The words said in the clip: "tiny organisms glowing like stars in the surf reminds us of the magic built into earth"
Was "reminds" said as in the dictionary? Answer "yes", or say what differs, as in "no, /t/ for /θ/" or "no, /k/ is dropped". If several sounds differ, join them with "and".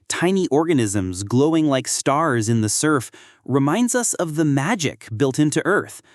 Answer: yes